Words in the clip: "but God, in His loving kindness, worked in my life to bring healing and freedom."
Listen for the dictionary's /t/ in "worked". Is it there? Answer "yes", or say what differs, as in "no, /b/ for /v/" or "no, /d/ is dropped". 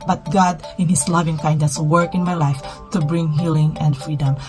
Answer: no, /t/ is dropped